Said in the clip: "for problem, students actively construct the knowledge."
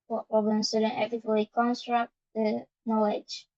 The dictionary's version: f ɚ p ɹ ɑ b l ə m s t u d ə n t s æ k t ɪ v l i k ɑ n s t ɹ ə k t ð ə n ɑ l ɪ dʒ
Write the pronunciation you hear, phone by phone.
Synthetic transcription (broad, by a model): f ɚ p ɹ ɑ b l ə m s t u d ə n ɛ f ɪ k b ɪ l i k ɑ n s t ɹ ə k t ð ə n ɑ l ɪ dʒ